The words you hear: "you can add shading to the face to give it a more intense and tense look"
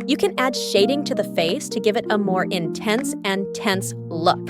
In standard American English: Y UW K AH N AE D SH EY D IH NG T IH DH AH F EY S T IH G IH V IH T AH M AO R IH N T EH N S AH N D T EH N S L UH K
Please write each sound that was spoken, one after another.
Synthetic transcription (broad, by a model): Y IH K AH N AE D SH EY D IH NG T IH DH AH F EY S T IH G IH V IH T AH M AO R IH N T EH N S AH N T EH N S L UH K